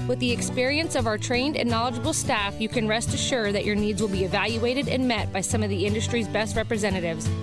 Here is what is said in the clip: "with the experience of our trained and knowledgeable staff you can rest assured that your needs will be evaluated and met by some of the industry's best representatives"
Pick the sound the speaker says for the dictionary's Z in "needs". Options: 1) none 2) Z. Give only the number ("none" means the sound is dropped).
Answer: 2